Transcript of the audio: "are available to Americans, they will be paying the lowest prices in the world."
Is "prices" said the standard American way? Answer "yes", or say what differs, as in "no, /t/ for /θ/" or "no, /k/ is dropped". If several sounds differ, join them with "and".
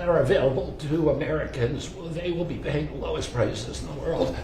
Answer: no, /s/ is dropped